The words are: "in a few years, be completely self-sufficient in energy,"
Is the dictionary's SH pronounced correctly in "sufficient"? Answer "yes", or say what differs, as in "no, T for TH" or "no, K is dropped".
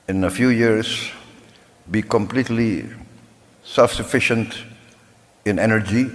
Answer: yes